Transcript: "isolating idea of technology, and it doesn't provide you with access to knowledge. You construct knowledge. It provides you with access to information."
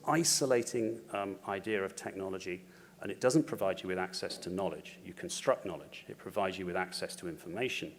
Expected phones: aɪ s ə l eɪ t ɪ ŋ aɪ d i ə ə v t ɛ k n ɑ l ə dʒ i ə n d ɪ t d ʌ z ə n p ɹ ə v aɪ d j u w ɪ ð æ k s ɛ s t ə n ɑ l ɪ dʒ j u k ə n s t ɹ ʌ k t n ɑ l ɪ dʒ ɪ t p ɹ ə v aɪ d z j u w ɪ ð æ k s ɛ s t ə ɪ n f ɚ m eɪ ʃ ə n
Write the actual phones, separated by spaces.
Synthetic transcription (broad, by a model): aɪ s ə l eɪ t ɪ ŋ aɪ d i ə ə v t ɛ k n ɑ l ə dʒ i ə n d ɪ t d ʌ z ə n p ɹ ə v aɪ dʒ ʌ w ɪ ð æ k s ɛ s t ə n ɑ l ɪ dʒ j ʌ k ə n s t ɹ ʌ k n ɑ l ɪ dʒ ɪ t p ɹ ə v aɪ d z j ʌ w ɪ ð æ k s ɛ s t ə ɪ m f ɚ m eɪ ʃ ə n